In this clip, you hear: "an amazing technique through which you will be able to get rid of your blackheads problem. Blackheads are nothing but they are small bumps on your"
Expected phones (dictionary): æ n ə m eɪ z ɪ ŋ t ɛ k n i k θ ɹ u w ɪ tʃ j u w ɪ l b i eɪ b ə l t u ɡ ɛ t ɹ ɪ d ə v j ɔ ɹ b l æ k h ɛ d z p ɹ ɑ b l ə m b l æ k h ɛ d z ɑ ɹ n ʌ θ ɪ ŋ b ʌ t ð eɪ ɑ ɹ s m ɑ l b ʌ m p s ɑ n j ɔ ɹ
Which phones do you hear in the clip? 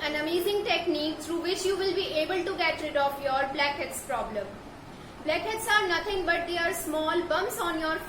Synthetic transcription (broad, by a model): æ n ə m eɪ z ɪ ŋ t ɛ k n i k t ɹ u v ɪ tʃ j u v ɪ l b i eɪ b ə l t u ɡ ɛ t ɹ ɪ d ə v j ɔ ɹ b l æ k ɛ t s p ɹ ɑ b l ə m b l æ k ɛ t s ɑ ɹ n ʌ t ɪ ŋ b ʌ t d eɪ ɑ ɹ s m ɑ l b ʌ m s ɑ n j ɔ ɹ